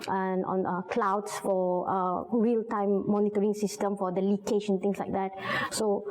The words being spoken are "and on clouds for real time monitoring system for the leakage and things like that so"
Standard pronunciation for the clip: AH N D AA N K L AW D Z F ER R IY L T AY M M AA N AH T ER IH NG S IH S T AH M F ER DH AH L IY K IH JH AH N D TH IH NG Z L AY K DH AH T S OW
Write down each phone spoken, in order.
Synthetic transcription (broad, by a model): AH N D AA N K L AW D S F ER R IY L T AY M M AA N AH T ER IH NG S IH S T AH M F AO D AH L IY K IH SH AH N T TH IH NG S L AY K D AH T S OW